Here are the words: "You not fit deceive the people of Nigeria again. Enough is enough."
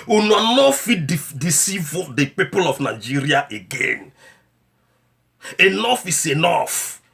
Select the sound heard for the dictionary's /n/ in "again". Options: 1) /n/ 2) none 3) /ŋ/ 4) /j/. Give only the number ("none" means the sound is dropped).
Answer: 1